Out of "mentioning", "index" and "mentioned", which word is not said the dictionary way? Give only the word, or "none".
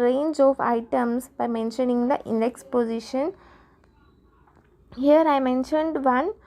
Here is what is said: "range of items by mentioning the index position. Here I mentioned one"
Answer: none